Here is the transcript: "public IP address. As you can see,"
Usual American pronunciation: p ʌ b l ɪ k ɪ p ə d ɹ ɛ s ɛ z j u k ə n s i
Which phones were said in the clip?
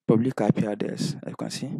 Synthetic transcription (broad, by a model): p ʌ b l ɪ k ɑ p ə d ɛ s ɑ j u k ə n s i